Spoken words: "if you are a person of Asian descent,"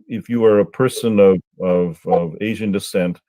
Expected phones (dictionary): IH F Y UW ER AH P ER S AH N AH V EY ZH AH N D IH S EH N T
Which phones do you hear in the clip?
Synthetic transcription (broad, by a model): IH F Y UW ER AH P ER S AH N AH V EY ZH AH N D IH S EH N T